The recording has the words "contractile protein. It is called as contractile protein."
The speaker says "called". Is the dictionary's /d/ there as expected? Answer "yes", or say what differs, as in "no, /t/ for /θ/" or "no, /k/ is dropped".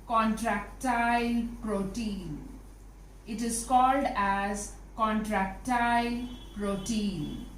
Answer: yes